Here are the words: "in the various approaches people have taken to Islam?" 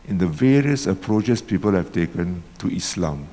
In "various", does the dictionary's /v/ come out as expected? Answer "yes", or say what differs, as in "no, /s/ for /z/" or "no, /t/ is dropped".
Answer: yes